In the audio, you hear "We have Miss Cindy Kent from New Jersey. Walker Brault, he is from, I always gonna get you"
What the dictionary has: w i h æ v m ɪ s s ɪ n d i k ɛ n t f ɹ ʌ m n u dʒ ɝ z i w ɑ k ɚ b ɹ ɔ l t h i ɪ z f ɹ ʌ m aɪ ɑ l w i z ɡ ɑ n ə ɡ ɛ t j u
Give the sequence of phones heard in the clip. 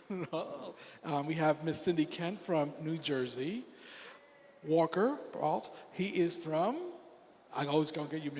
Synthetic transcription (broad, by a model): w i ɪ v m ɪ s s ɪ n d i k ɛ n t f ɹ ʌ m n u dʒ ɝ z i w ɑ k ɚ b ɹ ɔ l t h i ɪ z f ɹ ʌ m aɪ ɑ l w i z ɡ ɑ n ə ɡ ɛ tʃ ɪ